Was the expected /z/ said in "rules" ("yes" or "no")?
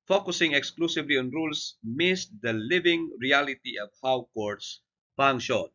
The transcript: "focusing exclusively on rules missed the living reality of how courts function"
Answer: no